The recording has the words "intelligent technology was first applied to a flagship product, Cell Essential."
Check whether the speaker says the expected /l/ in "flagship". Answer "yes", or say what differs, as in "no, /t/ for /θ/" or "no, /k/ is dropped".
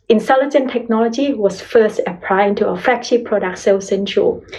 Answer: no, /l/ is dropped